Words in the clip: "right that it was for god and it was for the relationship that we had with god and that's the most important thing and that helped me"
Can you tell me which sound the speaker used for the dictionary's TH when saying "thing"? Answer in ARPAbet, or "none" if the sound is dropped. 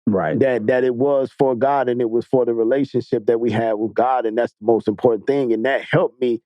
TH